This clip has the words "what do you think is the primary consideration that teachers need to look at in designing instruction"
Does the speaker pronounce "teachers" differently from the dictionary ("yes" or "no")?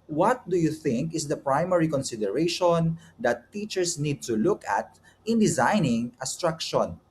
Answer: yes